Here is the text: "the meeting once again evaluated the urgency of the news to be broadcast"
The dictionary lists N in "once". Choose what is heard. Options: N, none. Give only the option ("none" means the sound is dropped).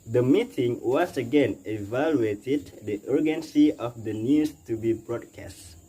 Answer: none